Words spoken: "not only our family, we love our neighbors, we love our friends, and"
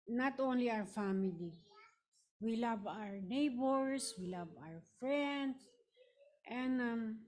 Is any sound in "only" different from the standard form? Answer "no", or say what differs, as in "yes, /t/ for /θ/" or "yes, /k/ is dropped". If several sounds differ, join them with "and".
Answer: no